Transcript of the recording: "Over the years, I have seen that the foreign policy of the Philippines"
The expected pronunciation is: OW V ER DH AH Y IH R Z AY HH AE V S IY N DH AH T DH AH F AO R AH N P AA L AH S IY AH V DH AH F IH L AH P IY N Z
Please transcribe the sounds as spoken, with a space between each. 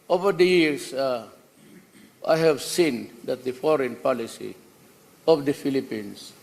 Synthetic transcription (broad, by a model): OW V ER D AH Y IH R S AY HH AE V S IY N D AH T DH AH F AO R AH N P AA L AH S IY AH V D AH F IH L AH P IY N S